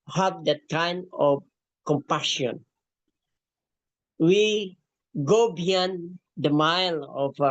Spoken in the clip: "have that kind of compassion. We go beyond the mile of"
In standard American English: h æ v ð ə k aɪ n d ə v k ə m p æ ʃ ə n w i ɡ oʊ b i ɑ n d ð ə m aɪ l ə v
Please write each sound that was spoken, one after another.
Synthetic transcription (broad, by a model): h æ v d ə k aɪ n ə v k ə m p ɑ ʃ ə n w i ɡ oʊ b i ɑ n d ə m aɪ l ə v